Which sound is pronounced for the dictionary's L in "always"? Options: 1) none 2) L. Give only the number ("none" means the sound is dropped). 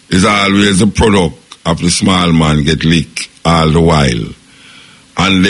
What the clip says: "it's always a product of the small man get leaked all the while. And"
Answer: 2